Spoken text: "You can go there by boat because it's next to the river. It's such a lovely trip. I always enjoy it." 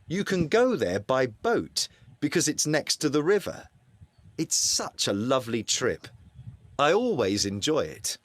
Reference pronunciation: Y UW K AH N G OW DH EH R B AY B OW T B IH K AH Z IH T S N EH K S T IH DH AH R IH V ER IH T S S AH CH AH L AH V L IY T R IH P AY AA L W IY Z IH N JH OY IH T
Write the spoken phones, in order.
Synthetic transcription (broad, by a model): Y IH K AH N G OW DH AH R B AY B OW T B IH K AH Z IH T S N EH K S T IH DH AH R IH V ER IH T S S AH CH AH L AH V L IY T R IH P AY AA L W IY Z IH N JH OY IH T